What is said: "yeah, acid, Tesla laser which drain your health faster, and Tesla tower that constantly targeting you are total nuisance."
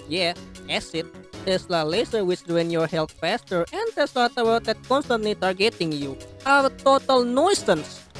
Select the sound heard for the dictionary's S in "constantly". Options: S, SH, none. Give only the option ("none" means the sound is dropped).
S